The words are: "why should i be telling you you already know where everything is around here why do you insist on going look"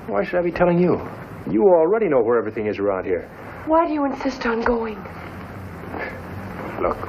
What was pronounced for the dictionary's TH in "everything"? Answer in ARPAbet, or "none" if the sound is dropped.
TH